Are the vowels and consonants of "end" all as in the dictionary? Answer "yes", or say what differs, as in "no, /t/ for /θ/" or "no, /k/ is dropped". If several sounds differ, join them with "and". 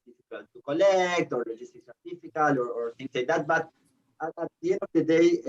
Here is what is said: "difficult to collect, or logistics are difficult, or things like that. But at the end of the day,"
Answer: no, /d/ is dropped